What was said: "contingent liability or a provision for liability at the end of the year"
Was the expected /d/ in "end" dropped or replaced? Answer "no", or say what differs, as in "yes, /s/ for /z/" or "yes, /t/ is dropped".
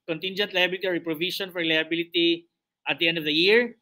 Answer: no